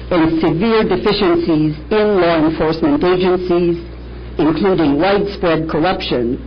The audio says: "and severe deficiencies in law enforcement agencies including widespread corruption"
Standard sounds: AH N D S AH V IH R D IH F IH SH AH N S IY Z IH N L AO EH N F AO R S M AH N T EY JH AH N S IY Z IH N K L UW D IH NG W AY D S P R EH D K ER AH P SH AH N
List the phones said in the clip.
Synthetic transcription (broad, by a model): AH N S AH V IH R D IH F IH SH AH N S IY Z IH N L AO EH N F AO R S M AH N T EY JH AH N S IY Z IH N K L UW D IH NG W AY D S P R EH D K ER AH P SH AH N